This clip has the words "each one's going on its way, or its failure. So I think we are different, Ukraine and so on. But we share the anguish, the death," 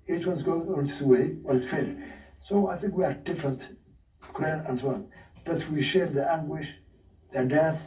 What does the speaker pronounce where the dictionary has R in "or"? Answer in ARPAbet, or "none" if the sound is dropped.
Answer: W